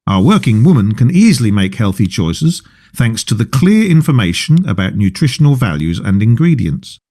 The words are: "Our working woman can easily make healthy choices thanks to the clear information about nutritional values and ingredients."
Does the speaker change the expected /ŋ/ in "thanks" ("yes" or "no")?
no